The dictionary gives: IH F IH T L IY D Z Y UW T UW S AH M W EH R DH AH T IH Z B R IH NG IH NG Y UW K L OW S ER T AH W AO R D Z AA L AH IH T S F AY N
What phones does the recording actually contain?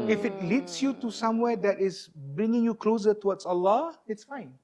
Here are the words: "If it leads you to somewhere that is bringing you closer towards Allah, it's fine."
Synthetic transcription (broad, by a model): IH F IH T L IY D S Y UW T UW S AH M W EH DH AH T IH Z B R IH NG IH NG Y UW K L OW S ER T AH W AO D S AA L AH IH T S F AY N